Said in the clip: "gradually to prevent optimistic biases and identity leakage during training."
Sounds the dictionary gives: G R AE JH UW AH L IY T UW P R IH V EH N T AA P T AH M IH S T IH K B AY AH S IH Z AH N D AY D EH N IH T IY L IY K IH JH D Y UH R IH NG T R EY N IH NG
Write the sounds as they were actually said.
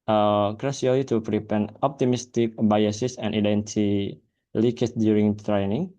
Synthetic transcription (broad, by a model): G R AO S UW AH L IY T UW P R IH P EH N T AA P T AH M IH S T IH K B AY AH S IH S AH N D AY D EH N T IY L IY K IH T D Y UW R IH NG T R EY N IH NG